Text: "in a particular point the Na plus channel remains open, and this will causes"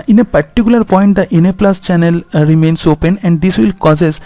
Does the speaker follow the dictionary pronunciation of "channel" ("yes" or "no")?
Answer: yes